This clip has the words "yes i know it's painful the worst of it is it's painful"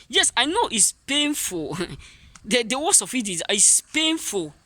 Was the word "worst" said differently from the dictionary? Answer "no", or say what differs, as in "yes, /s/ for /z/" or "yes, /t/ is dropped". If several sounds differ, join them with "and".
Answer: yes, /t/ is dropped